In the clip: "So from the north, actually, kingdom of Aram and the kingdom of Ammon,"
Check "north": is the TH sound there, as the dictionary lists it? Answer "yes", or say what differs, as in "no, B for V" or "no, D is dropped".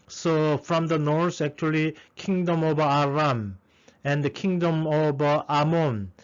no, S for TH